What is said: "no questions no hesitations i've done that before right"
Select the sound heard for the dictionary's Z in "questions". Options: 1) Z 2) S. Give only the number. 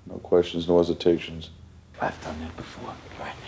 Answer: 1